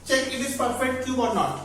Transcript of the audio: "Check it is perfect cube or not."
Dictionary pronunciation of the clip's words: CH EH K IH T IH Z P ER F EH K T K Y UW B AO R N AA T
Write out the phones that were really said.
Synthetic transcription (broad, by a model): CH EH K IH T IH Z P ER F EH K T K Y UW AO R N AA T